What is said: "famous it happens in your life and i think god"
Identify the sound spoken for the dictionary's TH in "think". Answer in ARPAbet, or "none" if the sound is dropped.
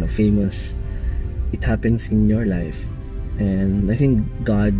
TH